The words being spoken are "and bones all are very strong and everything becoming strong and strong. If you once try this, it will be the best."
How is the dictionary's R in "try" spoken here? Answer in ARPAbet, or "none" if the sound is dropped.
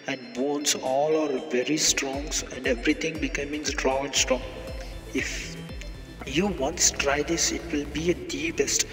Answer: R